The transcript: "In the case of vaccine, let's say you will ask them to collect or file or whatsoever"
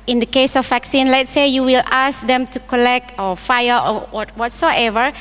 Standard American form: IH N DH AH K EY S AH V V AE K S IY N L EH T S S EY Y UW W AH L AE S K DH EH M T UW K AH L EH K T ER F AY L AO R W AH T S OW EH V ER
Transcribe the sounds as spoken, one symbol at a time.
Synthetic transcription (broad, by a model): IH N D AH K EY S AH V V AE K S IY N L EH T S S EY Y UW W AH L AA S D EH M T UW K AH L EH K T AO F AY W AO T W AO T S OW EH V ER